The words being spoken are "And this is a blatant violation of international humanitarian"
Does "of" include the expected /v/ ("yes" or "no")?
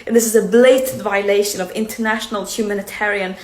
yes